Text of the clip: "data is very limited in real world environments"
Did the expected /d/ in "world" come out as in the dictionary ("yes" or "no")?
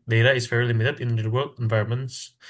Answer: no